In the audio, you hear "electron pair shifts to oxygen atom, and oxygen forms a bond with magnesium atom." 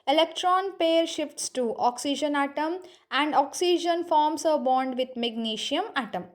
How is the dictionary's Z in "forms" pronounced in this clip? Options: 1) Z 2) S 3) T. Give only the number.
2